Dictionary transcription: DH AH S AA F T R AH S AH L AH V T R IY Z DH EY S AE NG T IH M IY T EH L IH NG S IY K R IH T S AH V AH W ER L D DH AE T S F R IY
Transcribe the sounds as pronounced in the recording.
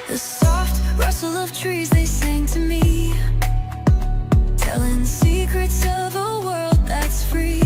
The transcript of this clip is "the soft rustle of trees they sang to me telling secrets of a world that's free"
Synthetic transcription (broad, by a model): DH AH S AA F T R AH S L AH V T R IY Z DH EY S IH NG T IH M IY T EH L IH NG S IY K R IH T S AH V AH W ER L D DH AE T S F R IY